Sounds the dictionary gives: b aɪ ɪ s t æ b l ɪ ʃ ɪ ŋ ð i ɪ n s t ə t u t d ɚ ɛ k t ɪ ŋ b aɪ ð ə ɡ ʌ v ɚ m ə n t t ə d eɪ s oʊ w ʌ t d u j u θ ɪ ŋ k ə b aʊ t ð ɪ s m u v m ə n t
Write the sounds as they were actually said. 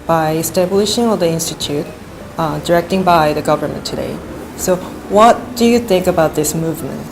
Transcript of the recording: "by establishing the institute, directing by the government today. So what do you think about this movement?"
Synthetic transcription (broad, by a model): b aɪ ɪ s t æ b l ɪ ʃ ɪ ŋ ð i ɪ n s t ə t u t d ɚ ɛ k t ɪ ŋ b aɪ ð ə ɡ ʌ v ɚ m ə n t t ə d eɪ s oʊ w ʌ t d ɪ j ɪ θ ɪ ŋ k ə b aʊ t ð ɪ s m u v m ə n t